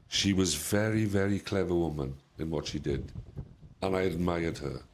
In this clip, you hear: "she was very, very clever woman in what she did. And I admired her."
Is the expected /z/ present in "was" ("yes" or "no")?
yes